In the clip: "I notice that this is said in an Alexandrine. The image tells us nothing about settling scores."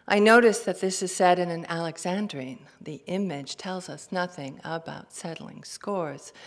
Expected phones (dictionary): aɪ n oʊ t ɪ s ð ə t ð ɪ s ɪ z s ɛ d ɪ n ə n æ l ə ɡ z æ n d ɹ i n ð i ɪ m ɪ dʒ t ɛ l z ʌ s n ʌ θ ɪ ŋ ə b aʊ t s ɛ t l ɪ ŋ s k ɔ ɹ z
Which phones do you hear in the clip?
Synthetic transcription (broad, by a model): aɪ n oʊ t ɪ s ð ə t ð ɪ s ɪ z s ɛ d ɪ n ə n æ l ə ɡ z æ n d ɹ i n ð i ɪ m ɪ dʒ t ɛ l z ʌ s n ʌ θ ɪ ŋ ə b aʊ t s ɛ t l ɪ ŋ s k ɔ ɹ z